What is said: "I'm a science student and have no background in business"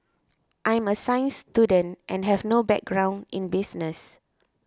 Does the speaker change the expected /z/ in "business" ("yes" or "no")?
yes